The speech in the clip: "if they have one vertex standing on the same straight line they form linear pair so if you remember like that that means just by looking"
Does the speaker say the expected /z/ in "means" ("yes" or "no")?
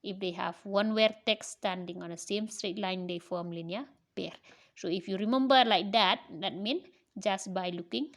no